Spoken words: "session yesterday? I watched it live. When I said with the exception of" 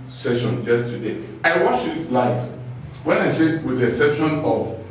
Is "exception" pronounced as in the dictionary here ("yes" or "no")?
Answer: no